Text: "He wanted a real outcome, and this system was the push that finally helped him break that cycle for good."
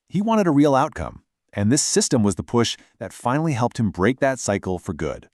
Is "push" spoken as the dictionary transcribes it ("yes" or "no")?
yes